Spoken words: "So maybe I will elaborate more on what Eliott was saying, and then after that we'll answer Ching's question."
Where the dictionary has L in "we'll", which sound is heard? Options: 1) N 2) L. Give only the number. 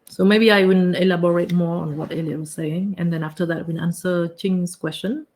1